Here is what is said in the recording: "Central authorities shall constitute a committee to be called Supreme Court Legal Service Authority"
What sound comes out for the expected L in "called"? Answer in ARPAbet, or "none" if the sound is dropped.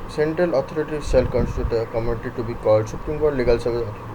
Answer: none